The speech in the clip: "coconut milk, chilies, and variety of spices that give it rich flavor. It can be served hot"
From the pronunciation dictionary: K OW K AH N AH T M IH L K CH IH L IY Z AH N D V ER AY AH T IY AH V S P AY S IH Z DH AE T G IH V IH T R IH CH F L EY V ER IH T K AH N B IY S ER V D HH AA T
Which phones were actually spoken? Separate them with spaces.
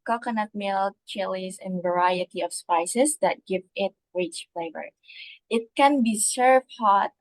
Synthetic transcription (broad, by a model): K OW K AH N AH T M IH L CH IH L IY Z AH N V ER AY AH T IY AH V S P AY S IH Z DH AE T G IH V IH T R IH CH F L EY V ER IH T K AH N B IY S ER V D HH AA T